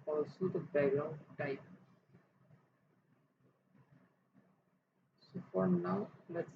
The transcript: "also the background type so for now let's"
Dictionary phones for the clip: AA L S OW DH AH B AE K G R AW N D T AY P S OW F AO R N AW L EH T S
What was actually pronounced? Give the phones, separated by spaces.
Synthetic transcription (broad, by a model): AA L S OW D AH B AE G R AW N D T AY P S OW F AO R N AW L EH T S